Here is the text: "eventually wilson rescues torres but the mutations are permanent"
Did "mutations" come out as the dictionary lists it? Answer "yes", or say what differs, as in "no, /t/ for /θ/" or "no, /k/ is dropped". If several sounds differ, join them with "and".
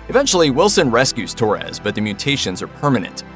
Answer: yes